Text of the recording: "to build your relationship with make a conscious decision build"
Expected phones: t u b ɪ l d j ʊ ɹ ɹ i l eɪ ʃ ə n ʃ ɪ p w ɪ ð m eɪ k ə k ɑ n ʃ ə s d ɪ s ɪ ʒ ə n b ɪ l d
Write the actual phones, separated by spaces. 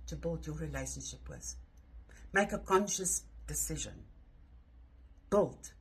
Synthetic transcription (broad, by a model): t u b ɪ l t j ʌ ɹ ɹ i l eɪ ʃ ə n ʃ ɪ p w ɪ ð m eɪ k ə k ɑ n ʃ ə s d ɪ s ɪ ʒ ə n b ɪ l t